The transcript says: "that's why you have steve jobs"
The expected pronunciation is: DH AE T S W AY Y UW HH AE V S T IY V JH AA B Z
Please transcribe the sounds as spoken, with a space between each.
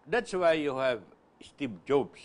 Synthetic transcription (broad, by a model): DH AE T S W AY Y UW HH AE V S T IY B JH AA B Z